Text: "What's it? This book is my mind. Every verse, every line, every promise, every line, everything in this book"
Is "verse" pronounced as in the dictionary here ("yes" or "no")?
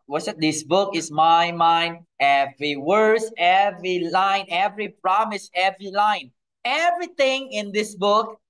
no